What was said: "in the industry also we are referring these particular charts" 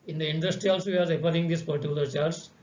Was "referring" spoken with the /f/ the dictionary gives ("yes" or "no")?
no